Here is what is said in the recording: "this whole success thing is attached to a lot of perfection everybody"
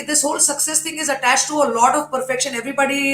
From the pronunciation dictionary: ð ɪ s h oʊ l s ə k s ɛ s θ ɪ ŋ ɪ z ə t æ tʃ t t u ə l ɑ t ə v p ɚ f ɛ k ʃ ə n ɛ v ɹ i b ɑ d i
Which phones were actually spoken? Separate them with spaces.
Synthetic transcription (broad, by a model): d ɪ s h oʊ l s ə k s ɛ s t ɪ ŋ ɪ z ə t æ tʃ t t u ə l ɑ t ə v p ɚ f ɛ k ʃ ə n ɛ v ɹ i b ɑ d i